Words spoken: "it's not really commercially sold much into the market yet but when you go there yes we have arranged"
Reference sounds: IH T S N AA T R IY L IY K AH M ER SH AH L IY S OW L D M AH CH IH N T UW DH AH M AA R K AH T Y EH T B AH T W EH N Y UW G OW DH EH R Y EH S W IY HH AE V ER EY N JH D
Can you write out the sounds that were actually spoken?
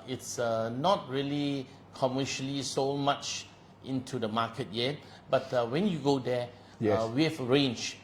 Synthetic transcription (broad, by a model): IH T S N AA T R IY L IY K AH M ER SH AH L IY S OW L M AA CH IH N T UW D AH M AA K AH T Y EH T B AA T W EH N Y UW G OW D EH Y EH W IY HH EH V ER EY N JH